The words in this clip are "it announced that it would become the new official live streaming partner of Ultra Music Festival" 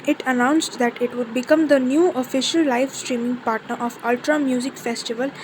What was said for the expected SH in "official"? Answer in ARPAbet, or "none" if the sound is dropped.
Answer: SH